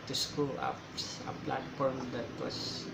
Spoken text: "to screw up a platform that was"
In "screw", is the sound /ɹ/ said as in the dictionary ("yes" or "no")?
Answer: no